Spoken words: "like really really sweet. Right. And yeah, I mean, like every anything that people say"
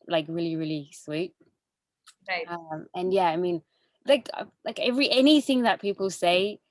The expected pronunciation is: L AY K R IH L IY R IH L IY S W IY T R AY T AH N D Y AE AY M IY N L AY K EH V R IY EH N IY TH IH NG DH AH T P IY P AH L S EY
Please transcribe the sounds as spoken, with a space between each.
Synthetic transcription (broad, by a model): L AY K R IH L IY R IH L IY S W IY T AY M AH N Y AE AY M IY N L AY K EH V R IY EH N IY TH IH NG DH AH T P IY P AH L S EY